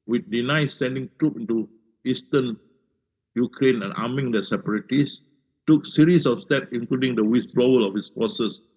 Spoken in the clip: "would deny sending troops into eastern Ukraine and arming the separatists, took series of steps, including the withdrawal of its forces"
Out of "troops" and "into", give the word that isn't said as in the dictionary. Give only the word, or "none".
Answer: troops